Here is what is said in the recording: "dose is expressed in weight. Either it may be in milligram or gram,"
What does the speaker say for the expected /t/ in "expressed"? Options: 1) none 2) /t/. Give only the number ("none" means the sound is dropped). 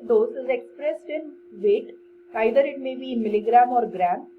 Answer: 2